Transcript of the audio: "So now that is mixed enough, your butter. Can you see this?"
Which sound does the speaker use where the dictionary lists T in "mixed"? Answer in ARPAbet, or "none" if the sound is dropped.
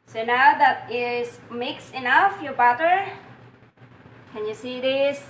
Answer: none